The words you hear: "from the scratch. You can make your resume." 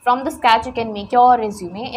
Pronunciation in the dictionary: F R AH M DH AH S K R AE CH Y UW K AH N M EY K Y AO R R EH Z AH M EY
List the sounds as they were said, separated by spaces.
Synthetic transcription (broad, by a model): F R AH M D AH S K AE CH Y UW K AH N M EY K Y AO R R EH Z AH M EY